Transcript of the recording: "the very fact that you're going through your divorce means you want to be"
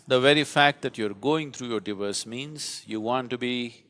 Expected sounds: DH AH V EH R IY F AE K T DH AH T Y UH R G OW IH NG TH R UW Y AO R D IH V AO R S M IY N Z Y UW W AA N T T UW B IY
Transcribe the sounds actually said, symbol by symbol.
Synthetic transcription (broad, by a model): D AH V EH R IY F AE K T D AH T Y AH R G OW IH NG T R UW Y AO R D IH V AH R S M IY N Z Y UW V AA N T T UW B IY